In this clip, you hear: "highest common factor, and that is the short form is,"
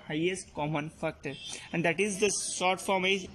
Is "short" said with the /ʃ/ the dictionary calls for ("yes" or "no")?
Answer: no